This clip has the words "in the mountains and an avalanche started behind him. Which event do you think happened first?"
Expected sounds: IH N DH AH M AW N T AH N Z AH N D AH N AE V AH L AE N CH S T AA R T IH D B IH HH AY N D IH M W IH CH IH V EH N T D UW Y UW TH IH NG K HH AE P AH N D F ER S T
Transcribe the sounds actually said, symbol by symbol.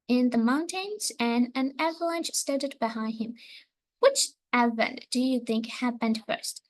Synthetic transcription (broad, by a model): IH N DH AH M AW N T AH N Z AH N AH N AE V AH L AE N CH S T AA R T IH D B IH HH AY N D IH M W IH CH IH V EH N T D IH Y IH TH IH NG K HH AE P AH N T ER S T